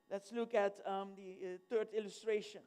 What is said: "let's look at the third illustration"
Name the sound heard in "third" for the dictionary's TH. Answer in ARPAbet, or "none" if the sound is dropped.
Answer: T